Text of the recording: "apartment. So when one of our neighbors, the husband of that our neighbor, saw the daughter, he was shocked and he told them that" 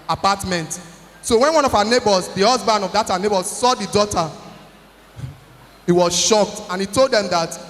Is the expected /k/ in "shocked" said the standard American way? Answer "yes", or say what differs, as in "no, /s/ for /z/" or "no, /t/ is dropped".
yes